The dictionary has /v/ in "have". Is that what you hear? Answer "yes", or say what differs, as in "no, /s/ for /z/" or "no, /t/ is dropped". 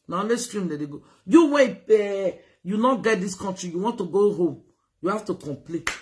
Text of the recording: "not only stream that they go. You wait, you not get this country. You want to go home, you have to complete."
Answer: no, /f/ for /v/